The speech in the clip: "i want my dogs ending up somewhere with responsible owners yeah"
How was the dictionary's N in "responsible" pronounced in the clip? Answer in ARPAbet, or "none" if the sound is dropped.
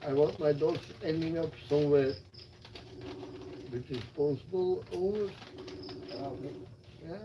none